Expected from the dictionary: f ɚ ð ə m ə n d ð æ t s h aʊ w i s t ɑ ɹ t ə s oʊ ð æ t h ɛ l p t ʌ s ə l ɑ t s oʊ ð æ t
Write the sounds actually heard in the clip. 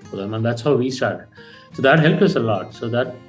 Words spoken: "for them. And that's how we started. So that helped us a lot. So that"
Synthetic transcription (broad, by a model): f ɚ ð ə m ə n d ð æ t s h aʊ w i s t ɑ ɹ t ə s oʊ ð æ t h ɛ l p ʌ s ə l ɑ t s oʊ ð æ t